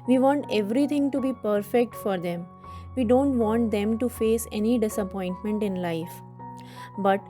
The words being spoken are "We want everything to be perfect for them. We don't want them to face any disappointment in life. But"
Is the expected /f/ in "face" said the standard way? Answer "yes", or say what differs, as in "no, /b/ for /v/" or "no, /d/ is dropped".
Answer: yes